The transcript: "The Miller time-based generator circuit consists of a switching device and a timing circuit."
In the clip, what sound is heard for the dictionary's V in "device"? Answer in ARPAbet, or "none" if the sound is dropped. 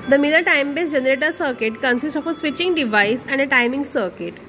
V